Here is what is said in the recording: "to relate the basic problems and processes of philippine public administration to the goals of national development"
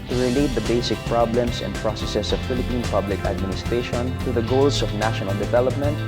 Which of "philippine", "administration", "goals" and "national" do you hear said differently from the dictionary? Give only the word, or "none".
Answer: goals